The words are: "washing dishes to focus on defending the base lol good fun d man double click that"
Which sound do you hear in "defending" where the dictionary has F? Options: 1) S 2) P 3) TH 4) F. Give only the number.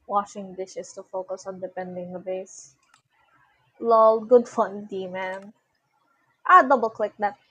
2